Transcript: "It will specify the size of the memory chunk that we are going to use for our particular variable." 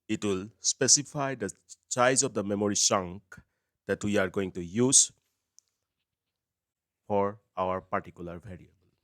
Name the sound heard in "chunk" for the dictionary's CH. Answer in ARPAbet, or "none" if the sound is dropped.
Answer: S